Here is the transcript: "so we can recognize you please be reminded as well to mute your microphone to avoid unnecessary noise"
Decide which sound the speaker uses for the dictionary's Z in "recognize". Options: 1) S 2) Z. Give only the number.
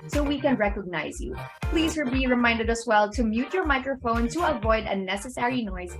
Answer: 2